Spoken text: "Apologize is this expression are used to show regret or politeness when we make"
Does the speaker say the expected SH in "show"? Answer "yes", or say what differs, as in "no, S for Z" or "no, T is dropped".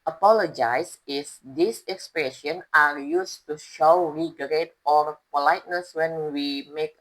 yes